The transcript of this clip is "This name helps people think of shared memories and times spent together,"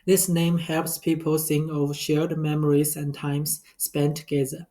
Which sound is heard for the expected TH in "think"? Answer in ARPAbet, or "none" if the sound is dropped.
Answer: S